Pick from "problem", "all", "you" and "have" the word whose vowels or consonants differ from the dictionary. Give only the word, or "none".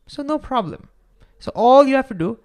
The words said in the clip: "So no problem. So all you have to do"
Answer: have